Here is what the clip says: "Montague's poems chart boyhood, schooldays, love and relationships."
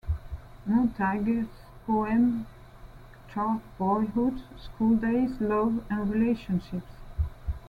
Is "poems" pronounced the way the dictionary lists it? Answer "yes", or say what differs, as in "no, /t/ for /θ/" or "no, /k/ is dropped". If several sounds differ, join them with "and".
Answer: no, /z/ is dropped